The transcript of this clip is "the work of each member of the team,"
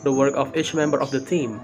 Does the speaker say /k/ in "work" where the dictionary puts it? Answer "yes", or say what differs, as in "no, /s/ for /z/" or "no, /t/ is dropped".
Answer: yes